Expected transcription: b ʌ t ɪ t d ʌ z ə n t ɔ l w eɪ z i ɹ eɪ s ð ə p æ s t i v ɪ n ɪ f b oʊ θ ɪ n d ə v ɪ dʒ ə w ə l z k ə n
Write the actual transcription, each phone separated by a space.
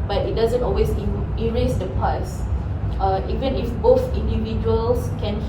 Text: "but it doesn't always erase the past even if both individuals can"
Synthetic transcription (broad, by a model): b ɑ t ɪ t d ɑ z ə n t ɔ l w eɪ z i ɹ eɪ s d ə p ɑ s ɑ i v ɪ n ɪ f b oʊ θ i n d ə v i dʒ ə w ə l s k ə n